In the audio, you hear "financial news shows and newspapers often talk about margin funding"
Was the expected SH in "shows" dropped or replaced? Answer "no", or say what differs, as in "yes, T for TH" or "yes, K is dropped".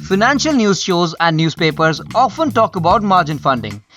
no